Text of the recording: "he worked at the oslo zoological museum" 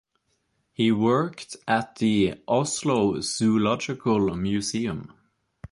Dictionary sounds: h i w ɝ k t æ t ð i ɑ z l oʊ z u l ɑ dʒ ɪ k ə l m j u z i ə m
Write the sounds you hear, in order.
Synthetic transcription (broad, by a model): h i w ɝ k t æ t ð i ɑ s l oʊ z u l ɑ dʒ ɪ k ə l m j u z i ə m